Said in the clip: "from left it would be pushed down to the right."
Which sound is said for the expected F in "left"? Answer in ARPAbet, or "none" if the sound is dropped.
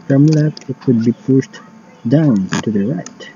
none